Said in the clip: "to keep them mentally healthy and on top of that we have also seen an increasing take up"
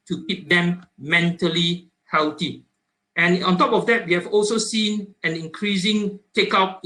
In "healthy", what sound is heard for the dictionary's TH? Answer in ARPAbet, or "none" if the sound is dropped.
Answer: T